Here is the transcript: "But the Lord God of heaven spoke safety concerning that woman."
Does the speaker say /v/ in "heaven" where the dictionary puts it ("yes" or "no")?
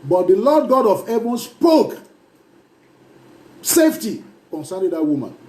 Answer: no